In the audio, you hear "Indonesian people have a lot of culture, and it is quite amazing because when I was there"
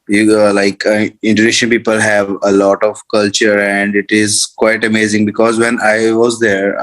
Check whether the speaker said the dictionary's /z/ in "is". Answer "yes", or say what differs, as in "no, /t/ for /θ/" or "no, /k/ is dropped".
yes